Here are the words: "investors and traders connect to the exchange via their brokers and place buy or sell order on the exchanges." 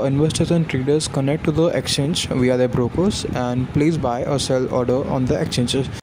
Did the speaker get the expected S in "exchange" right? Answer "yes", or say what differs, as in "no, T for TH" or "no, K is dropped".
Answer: yes